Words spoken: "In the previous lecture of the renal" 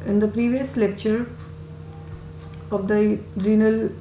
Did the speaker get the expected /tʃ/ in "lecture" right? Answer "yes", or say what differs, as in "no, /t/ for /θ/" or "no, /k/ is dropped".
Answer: yes